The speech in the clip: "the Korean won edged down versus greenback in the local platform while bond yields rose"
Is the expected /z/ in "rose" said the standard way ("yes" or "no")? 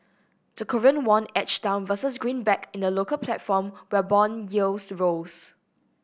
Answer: no